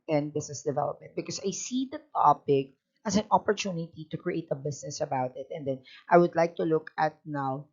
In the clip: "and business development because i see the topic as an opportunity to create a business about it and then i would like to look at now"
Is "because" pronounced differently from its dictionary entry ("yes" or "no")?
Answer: yes